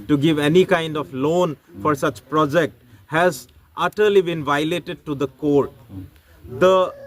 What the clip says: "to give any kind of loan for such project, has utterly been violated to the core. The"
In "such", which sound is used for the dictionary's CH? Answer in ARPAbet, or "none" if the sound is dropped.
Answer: CH